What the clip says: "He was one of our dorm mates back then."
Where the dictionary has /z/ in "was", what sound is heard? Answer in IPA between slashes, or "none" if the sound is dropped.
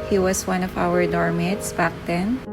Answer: /s/